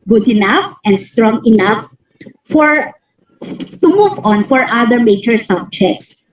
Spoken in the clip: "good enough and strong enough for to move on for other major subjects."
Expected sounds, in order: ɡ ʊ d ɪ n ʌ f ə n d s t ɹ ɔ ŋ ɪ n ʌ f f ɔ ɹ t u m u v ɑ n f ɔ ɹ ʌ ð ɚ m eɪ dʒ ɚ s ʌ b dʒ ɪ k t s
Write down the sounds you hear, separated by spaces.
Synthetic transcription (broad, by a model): ɡ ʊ d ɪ n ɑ f ə n d s t ɹ ɔ ŋ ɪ n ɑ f f ɔ ɹ t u m u v ɑ n f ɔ ɹ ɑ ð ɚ m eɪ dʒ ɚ s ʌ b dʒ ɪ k t s